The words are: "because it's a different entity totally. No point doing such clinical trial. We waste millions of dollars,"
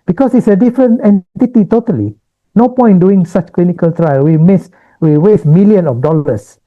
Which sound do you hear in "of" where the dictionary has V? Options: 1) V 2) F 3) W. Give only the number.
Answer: 2